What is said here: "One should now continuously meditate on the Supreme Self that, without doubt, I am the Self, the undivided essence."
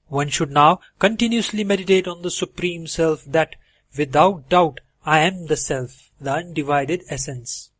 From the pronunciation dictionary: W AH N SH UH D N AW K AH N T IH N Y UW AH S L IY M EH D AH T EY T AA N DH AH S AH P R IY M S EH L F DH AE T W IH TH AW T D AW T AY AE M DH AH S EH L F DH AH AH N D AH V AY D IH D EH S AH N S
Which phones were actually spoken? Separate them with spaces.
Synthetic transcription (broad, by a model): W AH N SH UH D N AW K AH N T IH N Y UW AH S L IY M EH D AH T EY T AA N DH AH S AH P R IY M S EH L F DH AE T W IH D AW T D AW T AY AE M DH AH S EH L F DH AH AH N D AH V AY D IH D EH S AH N S